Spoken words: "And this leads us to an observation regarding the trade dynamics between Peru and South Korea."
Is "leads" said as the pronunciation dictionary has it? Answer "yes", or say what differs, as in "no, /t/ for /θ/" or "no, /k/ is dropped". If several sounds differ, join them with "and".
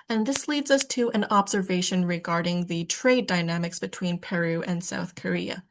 yes